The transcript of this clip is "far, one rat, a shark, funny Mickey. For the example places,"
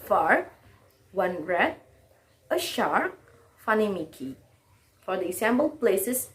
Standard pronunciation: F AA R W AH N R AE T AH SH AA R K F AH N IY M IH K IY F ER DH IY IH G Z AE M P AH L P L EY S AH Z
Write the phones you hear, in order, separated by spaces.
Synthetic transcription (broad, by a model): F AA R W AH N R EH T AH SH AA R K F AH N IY M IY K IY F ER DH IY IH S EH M B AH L P L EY S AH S